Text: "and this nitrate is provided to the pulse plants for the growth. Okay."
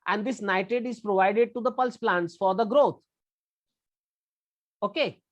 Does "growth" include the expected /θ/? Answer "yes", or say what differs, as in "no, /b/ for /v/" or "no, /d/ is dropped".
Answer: no, /t/ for /θ/